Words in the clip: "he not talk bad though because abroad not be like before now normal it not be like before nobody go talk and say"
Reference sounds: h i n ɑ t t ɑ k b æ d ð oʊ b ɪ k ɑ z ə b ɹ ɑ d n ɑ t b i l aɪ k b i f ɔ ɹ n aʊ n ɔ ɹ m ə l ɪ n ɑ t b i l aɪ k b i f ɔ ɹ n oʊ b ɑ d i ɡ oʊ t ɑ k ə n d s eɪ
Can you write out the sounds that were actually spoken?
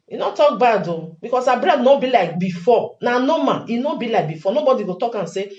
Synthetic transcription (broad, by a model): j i n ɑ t t ɑ k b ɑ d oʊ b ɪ k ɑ s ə b ɹ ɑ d n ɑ b i l aɪ k b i f ɔ n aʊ n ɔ m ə n ɪ n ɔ b i l aɪ k b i f ɔ n oʊ b ɑ d i ɡ oʊ t ɑ k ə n s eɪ